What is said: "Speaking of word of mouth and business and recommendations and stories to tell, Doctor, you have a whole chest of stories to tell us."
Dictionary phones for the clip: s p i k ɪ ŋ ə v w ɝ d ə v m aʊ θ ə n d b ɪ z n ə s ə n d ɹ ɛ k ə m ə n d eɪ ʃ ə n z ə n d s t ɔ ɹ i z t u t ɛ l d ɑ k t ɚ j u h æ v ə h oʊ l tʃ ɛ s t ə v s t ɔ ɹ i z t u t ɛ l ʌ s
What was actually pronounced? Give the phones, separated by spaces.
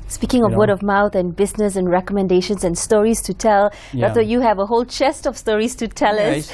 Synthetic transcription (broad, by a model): s p i k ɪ ŋ ə v w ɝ d ə v m aʊ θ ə n b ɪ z n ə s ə n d ɹ ɛ k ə m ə n d eɪ ʃ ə n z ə n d s t ɔ ɹ i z t u t ɛ l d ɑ t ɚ j u h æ v ə h oʊ l tʃ ɛ s t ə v s t ɔ ɹ i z t u t ɛ l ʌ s